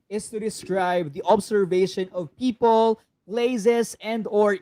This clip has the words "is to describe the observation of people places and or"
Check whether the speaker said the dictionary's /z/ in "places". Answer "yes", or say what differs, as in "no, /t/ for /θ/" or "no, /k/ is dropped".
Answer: no, /s/ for /z/